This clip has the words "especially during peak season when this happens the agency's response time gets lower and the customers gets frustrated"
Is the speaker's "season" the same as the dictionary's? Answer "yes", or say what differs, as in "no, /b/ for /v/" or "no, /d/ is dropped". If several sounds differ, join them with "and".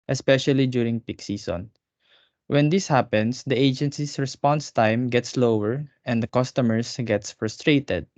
no, /s/ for /z/